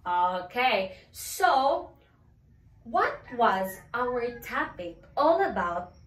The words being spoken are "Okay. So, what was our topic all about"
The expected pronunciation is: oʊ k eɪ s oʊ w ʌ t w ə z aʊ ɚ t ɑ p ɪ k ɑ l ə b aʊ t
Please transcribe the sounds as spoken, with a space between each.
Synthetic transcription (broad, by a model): oʊ k eɪ s oʊ w ʌ t w ə z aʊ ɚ t ɑ p ɪ k ɑ l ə b aʊ t